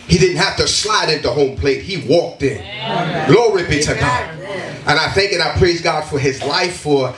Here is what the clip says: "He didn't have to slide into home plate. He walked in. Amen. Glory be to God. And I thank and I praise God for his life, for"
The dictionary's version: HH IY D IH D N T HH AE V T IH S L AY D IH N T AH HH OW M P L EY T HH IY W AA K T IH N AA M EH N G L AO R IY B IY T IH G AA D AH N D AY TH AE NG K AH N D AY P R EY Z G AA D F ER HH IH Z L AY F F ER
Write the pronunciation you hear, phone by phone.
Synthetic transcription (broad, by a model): HH IY D IH D N T HH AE F T IH S L AY D IH N T AH HH OW M P L EY T HH IY W AA K T IH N N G L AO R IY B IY T IH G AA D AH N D AY TH AE NG K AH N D AY P R EY Z G AA D F ER IH Z L AY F F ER